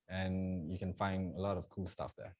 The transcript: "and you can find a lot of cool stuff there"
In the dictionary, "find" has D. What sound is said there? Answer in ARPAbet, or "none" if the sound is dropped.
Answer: D